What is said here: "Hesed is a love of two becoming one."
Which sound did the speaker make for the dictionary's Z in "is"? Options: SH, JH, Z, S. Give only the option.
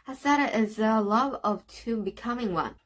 Z